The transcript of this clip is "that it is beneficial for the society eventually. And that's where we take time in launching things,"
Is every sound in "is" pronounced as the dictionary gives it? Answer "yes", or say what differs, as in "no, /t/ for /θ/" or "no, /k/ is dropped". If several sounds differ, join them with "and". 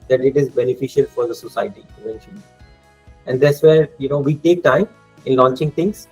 yes